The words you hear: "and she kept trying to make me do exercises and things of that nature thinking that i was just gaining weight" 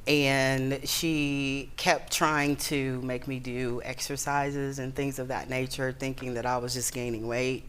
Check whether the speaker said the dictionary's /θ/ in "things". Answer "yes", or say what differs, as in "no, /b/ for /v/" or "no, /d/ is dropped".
yes